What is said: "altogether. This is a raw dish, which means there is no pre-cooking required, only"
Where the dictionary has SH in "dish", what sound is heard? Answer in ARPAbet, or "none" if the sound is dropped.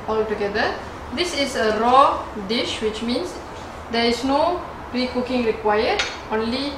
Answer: SH